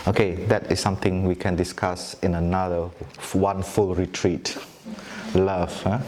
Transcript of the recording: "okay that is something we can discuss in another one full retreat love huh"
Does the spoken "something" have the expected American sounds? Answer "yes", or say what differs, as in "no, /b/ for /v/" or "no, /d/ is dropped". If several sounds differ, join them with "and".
no, /t/ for /θ/